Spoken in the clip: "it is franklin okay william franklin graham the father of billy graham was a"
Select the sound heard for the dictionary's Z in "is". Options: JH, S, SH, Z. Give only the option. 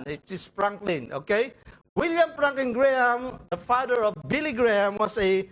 S